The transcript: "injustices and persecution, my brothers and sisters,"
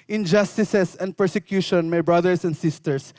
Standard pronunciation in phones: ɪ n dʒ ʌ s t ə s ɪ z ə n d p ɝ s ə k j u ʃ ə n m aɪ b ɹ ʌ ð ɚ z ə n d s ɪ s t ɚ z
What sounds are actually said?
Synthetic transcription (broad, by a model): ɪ n dʒ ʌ s t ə s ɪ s ə n d p ɝ s ə k j u ʃ ə n m aɪ b ɹ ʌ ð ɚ s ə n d s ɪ s t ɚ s